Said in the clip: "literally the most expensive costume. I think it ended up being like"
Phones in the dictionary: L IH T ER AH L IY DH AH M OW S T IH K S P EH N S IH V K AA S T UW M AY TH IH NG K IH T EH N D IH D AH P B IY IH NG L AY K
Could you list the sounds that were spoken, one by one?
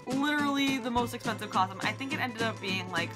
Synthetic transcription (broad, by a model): L IH T ER L IY DH AH M OW S T IH K S P EH N S IH V K AA S T UW M AY TH IH NG K IH T EH N D IH D AH P B IY IH NG L AY K